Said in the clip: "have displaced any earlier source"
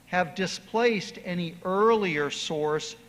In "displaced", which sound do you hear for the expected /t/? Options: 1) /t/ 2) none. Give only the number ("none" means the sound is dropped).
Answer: 1